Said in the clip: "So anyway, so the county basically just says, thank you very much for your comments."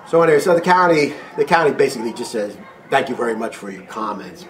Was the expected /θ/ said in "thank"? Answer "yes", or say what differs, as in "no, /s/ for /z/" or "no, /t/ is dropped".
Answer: yes